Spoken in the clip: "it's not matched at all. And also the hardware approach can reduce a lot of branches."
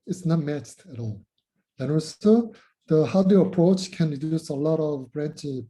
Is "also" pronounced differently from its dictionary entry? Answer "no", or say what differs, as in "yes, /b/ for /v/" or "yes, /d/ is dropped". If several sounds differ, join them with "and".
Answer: yes, /l/ is dropped